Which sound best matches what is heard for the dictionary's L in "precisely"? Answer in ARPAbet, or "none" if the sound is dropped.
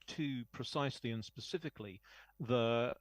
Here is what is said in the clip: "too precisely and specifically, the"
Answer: L